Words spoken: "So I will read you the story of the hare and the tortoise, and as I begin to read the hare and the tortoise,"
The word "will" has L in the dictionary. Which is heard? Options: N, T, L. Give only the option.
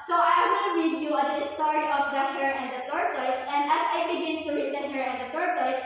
N